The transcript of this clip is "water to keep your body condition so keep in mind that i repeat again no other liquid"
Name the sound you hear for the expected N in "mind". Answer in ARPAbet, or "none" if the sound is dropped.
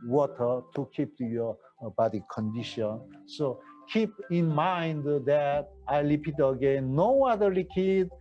N